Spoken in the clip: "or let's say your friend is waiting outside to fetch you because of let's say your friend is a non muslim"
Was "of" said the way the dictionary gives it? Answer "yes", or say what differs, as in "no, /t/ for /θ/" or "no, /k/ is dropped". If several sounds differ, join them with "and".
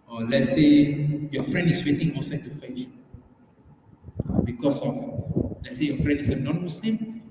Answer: no, /f/ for /v/